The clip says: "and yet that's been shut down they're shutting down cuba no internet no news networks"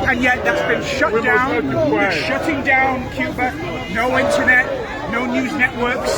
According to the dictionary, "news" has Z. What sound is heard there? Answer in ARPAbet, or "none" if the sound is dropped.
Z